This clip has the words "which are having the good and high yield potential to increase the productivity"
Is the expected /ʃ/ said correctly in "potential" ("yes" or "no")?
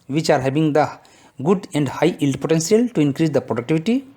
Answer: no